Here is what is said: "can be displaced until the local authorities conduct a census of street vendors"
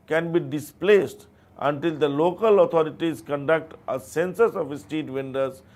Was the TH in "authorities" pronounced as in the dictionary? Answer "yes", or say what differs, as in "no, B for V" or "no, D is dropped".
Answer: no, T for TH